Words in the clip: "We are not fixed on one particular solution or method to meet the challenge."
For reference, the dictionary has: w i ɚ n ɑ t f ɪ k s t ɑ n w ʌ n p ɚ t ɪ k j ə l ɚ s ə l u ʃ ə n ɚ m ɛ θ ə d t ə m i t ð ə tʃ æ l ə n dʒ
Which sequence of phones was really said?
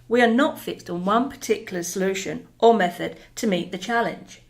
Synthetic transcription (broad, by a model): w i ɚ n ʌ t f ɪ k s t n w ʌ n p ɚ t ɪ k j l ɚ s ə l u ʃ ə n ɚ m ɛ θ ə d t ə m i t ð ə tʃ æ l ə n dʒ